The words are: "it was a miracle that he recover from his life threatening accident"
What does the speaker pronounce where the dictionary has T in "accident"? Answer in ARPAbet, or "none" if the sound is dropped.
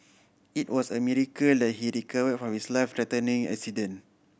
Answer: none